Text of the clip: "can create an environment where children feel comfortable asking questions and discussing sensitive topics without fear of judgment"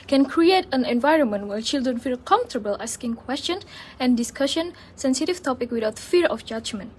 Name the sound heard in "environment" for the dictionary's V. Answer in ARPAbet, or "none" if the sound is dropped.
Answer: V